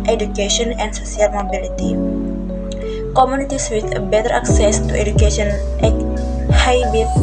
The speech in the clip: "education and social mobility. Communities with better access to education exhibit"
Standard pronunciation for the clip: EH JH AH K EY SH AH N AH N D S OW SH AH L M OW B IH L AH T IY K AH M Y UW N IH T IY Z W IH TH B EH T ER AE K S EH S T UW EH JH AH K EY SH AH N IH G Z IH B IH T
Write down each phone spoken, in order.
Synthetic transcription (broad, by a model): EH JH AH K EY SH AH N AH N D S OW S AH L M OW B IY L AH T IY K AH M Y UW N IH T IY S W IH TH B EH T ER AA K S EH S T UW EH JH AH K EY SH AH N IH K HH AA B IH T